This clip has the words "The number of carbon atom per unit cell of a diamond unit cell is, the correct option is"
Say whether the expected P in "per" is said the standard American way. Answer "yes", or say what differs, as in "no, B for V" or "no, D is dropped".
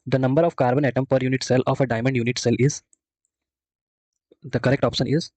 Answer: yes